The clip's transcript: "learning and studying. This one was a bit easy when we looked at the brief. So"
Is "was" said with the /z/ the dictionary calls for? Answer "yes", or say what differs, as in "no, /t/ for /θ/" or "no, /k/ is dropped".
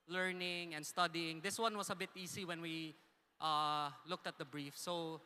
no, /s/ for /z/